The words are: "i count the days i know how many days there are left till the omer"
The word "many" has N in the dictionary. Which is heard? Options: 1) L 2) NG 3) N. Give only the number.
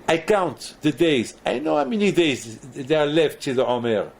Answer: 3